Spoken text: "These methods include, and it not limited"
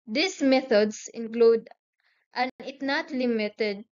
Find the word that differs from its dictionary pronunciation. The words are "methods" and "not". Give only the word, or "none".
methods